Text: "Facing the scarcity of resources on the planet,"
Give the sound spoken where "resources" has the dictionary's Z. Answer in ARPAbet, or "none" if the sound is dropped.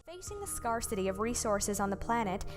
Z